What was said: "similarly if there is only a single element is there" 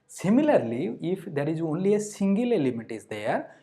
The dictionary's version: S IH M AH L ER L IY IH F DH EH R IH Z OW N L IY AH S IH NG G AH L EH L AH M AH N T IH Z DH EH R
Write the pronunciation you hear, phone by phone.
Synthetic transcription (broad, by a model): S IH M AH L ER L IY IH F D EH R IH Z OW N L IY AH S IH NG G AH L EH L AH M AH T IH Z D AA R